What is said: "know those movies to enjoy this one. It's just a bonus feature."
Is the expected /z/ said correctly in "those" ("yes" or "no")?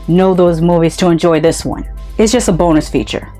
yes